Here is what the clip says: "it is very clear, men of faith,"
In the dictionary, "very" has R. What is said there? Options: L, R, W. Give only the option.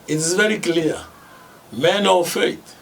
R